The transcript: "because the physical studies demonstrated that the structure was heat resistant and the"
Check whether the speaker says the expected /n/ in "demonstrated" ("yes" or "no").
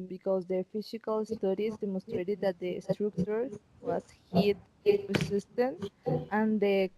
yes